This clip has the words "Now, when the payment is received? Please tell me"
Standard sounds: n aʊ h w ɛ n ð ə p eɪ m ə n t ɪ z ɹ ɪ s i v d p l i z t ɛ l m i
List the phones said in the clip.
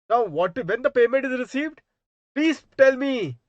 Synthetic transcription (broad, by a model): n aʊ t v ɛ n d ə p eɪ m ə n t ɪ z ɹ ɪ s i v d p l i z t ɛ l m i